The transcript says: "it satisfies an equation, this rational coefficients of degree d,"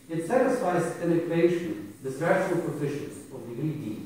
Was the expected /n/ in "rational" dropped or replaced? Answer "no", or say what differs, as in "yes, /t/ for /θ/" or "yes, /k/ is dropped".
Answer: yes, /n/ is dropped